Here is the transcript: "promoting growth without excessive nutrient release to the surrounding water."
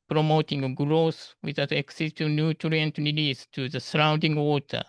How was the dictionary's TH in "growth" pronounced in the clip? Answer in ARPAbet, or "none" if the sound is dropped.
S